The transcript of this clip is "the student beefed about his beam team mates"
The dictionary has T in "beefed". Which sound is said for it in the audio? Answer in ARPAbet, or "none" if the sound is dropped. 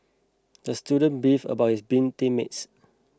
none